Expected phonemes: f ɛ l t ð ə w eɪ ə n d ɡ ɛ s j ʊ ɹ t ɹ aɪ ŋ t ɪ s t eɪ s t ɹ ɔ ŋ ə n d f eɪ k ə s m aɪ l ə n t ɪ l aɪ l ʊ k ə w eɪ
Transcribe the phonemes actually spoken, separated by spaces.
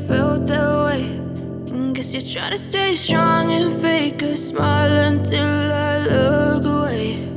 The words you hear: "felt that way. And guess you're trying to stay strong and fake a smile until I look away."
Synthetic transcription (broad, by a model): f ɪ l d ð ə w eɪ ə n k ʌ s j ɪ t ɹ aɪ t ɪ s t eɪ s t ɹ ɔ ŋ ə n f eɪ k ə s m aɪ l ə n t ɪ l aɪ l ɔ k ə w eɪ